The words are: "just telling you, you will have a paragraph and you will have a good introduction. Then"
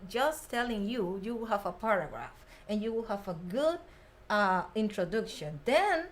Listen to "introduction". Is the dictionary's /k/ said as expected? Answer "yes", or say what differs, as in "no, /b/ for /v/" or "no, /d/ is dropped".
yes